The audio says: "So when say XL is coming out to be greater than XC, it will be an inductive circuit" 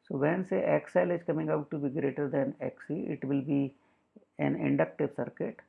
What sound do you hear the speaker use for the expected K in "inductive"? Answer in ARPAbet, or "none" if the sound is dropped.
K